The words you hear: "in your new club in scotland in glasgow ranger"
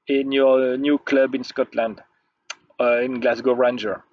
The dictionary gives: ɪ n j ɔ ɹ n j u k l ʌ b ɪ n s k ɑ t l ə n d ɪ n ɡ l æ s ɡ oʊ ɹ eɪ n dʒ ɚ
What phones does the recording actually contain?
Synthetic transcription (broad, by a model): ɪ n j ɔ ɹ n j u k l ʌ b ɪ n s k ɑ t l ə n d ɪ n ɡ l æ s ɡ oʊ ɹ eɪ n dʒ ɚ